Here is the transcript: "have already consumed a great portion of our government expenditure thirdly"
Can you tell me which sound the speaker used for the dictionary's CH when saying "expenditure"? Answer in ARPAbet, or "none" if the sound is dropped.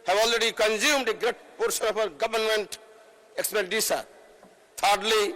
S